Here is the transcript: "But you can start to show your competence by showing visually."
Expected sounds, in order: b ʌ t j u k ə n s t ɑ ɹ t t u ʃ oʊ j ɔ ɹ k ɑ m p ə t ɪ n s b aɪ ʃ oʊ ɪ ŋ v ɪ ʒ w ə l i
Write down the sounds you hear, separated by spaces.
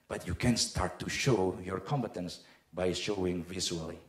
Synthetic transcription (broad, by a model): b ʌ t j u k ə n s t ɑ ɹ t t u ʃ oʊ j ɔ ɹ k ɑ m p ə t ɪ n s b aɪ ʃ oʊ ɪ ŋ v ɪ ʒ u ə l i